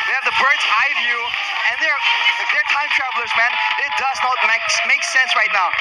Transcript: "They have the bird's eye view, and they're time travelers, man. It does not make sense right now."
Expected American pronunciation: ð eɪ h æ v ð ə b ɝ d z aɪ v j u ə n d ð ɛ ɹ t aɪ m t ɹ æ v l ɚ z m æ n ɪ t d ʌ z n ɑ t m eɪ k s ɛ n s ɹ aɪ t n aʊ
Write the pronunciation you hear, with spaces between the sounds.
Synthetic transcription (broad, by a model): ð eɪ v ð ə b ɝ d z aɪ v j u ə n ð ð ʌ ɹ t aɪ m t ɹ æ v l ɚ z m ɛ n ɪ t d ʌ z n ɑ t m eɪ k s ɛ n s ɹ aɪ t n aʊ